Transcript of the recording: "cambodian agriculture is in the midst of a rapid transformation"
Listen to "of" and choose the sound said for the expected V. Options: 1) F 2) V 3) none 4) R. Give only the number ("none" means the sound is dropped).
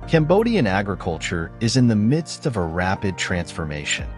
2